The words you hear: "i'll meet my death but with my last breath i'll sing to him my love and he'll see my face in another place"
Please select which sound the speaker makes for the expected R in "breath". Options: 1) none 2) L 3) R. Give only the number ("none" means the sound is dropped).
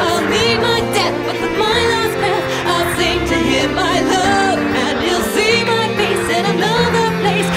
1